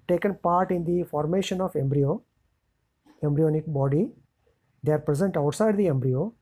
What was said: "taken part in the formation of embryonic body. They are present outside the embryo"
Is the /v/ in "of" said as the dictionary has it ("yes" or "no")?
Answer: no